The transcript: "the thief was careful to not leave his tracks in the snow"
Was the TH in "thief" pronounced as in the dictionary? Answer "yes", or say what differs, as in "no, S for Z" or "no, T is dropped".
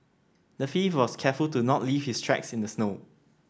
no, F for TH